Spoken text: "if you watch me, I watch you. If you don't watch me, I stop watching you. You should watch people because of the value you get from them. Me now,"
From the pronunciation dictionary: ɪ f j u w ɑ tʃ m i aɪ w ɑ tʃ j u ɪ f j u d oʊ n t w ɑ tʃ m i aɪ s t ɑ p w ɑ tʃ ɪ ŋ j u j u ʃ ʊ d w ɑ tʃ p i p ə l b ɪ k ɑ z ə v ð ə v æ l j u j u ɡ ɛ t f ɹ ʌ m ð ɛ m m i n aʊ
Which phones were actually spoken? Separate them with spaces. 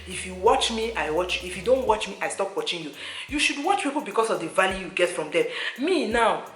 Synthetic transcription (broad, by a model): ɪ f j u w ɑ tʃ m i aɪ w ɑ tʃ j u ɪ f j u d oʊ n t w ɑ tʃ m i aɪ s t ɑ p w ɑ tʃ ɪ ŋ j u j u ʃ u d w ɑ tʃ p i p ə l b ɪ k ɑ s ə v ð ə v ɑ l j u j u ɡ ɛ t f ɹ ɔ m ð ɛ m m i n aʊ